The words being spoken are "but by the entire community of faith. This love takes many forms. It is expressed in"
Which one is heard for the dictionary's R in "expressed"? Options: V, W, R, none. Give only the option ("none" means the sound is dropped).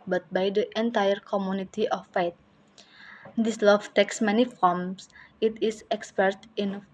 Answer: none